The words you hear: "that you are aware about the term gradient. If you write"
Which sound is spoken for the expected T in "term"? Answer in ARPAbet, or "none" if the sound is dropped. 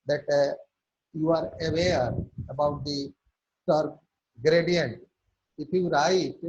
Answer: S